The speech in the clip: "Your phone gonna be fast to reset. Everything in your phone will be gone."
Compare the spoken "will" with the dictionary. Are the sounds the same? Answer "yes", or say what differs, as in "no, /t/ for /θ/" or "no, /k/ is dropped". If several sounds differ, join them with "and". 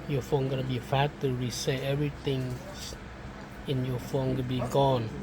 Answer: no, /n/ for /l/